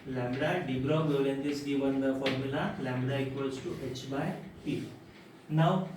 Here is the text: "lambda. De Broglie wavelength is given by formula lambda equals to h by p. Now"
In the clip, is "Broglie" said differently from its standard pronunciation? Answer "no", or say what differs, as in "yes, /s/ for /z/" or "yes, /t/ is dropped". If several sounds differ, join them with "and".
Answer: yes, /l/ is dropped